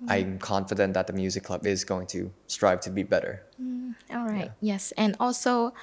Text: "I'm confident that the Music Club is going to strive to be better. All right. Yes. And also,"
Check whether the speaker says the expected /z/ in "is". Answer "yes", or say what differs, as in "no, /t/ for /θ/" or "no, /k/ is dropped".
yes